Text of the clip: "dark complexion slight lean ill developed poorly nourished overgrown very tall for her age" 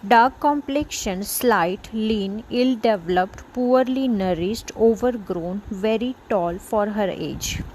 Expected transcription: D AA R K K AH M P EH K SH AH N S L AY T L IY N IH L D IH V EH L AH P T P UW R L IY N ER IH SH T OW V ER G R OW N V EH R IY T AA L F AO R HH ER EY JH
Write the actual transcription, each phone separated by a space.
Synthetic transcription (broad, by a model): D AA R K K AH M P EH K SH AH N S L AY T L IY N IH L D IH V L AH P T P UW R L IY N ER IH S T OW V ER G R OW N V EH R IY T AA L F AO R HH ER EY JH